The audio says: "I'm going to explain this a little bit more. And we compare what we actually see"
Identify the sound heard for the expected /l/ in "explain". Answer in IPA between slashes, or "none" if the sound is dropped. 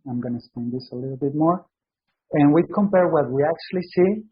none